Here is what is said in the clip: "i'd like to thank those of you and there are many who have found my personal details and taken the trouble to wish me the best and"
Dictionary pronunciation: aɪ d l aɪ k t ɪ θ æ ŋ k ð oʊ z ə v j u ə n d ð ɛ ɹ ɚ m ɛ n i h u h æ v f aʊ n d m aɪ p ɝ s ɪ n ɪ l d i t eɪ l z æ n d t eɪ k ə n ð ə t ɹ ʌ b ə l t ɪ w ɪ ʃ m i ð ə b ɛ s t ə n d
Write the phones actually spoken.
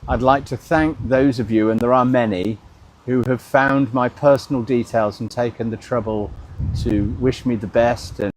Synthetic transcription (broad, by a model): aɪ d l aɪ k t ɪ θ æ ŋ k ð oʊ z ə v j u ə n ð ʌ ɹ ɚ m ɛ n i h u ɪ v f aʊ n d m aɪ p ɝ s n l d i t eɪ l z n t eɪ k ə n ð ə t ɹ ʌ b ə l t ɪ w ɪ ʃ m i ð ə b ɛ s t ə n